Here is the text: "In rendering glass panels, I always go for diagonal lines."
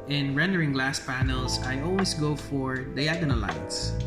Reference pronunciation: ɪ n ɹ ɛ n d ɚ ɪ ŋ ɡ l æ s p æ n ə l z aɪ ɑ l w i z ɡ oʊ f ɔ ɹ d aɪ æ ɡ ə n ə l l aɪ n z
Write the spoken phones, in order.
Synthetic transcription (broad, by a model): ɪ n ɹ ɛ n d ɚ ɪ ŋ ɡ l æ s p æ n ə l s aɪ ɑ l w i s ɡ oʊ f ɔ ɹ d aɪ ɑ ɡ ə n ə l l aɪ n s